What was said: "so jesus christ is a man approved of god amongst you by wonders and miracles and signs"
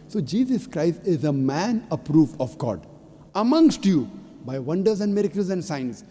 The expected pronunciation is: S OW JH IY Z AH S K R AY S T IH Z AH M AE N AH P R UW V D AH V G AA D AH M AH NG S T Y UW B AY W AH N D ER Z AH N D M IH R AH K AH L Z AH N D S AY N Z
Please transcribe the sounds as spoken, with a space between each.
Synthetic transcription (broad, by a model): S OW JH IY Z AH S K R AY S T IH Z AH M AE N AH P R UW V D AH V G AA D AH M AH NG S T Y UW B AY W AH N D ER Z AH N D M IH R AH K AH L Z AH N D S AY N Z